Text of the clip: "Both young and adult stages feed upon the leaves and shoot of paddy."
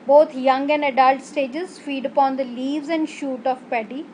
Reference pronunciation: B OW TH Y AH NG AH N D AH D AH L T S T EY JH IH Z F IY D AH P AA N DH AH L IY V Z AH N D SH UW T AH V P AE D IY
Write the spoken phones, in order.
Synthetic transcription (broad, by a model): B OW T Y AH NG AH N D AH D AH L T S T EY JH IH Z F IY D AH P AA N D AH L IY V Z AH N D SH UW T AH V P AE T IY